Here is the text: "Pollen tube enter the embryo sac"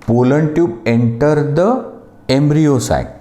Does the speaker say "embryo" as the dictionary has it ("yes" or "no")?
yes